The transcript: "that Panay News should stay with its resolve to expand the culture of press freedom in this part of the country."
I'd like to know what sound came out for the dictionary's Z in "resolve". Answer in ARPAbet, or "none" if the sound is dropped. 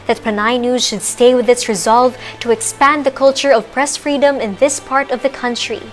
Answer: Z